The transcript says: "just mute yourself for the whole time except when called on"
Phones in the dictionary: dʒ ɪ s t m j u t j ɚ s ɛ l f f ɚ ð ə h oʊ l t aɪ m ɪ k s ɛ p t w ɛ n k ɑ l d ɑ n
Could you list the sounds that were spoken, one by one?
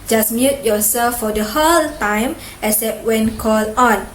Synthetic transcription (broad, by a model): dʒ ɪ s m j u t j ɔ s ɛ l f f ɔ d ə h oʊ l t aɪ m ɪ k s ɛ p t w ɛ n k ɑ l ɑ n